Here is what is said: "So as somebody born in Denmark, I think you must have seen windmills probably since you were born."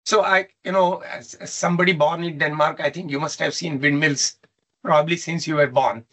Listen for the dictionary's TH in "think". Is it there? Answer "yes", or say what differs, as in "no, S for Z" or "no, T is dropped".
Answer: no, T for TH